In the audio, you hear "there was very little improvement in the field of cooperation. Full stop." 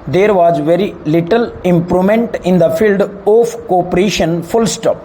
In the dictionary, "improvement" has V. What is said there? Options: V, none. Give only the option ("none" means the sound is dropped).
none